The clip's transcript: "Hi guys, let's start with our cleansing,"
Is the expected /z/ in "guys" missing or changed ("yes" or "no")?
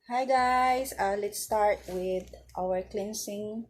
yes